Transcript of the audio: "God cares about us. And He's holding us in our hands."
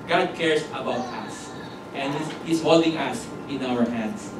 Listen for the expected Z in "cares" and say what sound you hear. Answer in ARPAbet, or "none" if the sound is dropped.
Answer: S